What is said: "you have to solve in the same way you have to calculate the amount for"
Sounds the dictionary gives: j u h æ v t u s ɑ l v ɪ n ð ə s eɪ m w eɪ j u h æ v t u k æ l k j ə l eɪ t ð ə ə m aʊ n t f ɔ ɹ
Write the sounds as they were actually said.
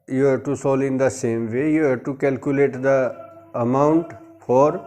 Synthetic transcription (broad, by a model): j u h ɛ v t u s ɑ l ɪ n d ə s eɪ m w eɪ j u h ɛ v t u k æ l k j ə l eɪ t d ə ə m aʊ n t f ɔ ɹ